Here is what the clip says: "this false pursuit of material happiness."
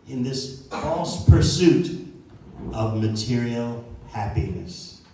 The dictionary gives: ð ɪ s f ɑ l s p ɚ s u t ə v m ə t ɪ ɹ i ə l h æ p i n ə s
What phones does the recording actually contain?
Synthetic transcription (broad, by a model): ð ɪ s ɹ ɑ s p ɚ s u t ə v m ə t ɪ ɹ i l h æ p i n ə s